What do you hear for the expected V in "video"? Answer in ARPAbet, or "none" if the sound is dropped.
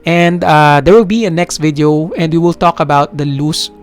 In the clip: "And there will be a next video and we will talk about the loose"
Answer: V